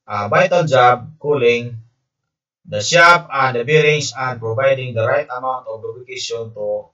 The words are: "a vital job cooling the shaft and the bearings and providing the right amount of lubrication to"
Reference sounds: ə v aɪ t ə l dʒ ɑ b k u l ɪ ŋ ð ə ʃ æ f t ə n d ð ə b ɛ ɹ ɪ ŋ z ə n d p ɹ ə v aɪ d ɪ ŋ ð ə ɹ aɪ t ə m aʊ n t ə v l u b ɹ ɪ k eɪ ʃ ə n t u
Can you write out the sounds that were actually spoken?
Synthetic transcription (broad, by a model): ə b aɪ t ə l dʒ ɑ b k u l ɪ ŋ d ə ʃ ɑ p ə n d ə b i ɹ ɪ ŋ s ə n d p ɹ ə v aɪ d ɪ ŋ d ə ɹ aɪ t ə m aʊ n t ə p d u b ɪ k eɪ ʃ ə n t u